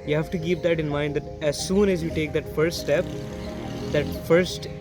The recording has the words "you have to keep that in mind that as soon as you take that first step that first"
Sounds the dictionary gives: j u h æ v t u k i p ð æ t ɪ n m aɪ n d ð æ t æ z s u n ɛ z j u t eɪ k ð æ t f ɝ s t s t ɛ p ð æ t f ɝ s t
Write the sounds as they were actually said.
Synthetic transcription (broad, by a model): j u h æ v t u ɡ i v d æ t ɪ n m aɪ n d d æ t æ z s u n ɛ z j u t eɪ k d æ t f ɝ s t s t ɛ p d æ t f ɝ s t